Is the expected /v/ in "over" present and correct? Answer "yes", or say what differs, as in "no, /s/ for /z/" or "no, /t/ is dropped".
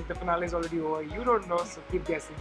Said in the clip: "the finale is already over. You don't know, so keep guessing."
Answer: no, /v/ is dropped